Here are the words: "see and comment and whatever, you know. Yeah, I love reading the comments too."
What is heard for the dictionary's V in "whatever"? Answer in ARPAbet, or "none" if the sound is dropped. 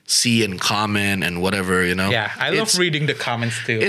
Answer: V